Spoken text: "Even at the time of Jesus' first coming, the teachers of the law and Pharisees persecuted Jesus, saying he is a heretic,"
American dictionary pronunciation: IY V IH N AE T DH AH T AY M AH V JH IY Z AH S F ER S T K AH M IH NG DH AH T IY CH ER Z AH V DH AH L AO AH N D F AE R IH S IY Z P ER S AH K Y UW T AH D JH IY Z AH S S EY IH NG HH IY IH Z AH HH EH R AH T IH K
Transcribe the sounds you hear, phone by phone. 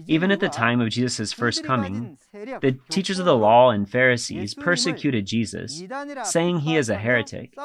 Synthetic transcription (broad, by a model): IY V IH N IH T DH AH T AY M AH V JH IY Z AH S F ER S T K AH M IH NG DH AH T IY CH ER Z AH V DH AH L AO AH N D F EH R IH S IY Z P ER S AH K Y UW T AH D JH IY Z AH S S EY IH NG IY IH Z AH HH EH R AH T IH K